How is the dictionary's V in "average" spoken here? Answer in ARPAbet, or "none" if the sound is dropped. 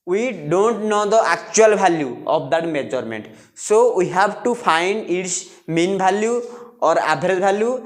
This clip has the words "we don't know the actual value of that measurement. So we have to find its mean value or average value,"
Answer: B